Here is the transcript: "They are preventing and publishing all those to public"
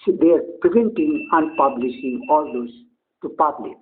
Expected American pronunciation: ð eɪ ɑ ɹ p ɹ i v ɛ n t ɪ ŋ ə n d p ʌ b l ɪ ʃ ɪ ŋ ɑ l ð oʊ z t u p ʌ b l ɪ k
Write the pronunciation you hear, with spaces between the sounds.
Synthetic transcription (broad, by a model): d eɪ ɑ ɹ p ɹ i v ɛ n t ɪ ŋ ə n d p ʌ b l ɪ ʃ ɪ ŋ ɑ l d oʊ s t u p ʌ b l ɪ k